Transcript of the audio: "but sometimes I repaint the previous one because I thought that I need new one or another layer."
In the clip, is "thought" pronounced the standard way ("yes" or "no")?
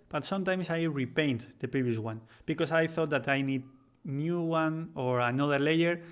yes